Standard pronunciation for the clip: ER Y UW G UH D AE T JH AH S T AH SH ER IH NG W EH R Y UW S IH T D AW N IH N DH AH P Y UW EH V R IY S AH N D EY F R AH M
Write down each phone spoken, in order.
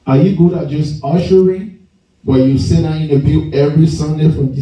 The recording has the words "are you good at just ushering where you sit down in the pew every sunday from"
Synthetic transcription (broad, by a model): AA Y UW G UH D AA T JH AH S T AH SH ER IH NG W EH Y UW S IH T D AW IH N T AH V Y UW EH V R IY S AH N D EY F R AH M